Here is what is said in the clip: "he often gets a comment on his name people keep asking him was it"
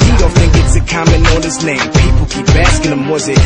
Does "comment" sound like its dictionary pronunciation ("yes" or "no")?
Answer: no